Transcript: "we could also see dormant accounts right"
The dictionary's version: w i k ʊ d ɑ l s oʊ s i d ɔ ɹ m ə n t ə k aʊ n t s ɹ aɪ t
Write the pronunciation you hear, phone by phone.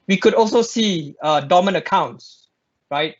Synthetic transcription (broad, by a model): w i k ʊ d ɑ l s oʊ s i d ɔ m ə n ə k aʊ n t s ɹ aɪ t